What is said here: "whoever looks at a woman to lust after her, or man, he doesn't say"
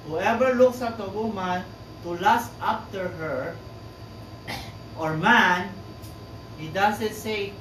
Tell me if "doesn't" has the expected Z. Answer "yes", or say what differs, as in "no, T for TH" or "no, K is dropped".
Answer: no, S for Z